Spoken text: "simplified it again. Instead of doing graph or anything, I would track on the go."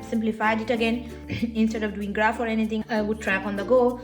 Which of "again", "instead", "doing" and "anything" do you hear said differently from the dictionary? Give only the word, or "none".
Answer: anything